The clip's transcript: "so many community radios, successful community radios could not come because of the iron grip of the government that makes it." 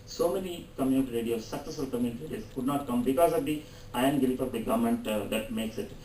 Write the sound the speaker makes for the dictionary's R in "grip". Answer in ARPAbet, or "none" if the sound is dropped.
none